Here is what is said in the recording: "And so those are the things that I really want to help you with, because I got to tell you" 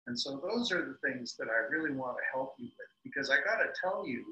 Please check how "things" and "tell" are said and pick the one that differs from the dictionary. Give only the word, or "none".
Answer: none